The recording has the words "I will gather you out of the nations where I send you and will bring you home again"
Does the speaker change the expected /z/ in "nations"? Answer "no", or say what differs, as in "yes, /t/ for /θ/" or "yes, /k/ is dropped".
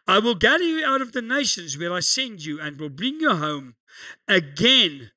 no